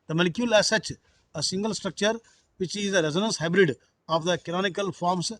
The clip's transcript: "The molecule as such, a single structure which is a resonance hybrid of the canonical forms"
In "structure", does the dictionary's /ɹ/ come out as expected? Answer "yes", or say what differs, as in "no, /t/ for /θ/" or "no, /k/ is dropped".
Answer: yes